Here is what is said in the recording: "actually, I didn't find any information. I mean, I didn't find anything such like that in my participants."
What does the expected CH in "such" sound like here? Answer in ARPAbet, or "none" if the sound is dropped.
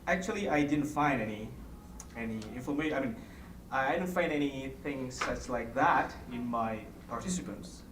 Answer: S